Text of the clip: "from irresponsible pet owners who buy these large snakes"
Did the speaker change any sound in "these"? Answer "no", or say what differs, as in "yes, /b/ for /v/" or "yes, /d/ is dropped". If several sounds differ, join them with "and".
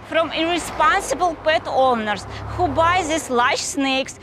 yes, /s/ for /z/